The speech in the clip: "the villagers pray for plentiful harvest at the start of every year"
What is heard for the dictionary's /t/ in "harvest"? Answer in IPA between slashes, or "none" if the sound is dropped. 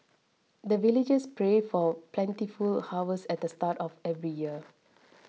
none